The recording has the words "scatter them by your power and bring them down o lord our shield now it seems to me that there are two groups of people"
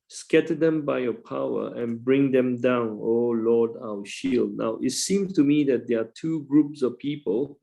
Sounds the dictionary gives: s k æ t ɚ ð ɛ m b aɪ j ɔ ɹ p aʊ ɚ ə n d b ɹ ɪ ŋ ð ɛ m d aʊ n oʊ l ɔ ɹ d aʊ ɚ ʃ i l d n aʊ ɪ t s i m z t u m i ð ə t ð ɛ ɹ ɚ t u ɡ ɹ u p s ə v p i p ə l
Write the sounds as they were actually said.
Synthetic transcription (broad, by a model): s k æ t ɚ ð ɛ m b aɪ j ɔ p aʊ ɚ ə n b ɹ ɪ ŋ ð ɛ m d aʊ n oʊ l ɔ d aʊ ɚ ʃ i l d n aʊ ɪ t s i m s t u m i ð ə t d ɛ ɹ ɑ t u ɡ ɹ u p s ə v p i p ə l